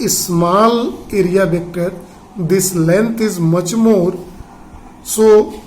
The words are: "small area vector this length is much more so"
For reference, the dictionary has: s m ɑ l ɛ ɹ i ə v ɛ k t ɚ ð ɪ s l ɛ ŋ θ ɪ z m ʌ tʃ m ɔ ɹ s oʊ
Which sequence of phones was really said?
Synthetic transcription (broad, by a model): s m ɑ l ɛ ɹ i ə b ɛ k t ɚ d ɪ s l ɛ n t ɪ z m ʌ tʃ m ɔ ɹ s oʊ